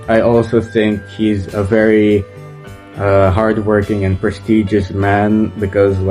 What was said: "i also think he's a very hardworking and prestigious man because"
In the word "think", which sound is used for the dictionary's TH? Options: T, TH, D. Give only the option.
TH